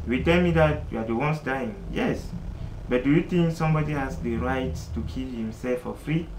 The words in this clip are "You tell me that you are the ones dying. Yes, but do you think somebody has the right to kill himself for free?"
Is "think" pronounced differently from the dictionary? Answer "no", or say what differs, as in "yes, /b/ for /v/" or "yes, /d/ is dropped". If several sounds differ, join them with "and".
yes, /t/ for /θ/